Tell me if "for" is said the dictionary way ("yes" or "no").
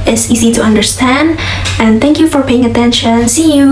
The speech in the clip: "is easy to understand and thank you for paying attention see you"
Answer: yes